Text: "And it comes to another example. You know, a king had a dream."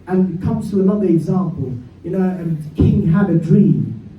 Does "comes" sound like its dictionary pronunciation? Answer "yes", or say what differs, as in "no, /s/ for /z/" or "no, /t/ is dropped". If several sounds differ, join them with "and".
yes